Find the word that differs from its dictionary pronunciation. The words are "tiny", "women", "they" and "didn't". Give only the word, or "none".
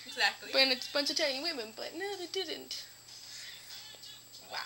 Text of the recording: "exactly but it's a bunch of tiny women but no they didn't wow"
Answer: tiny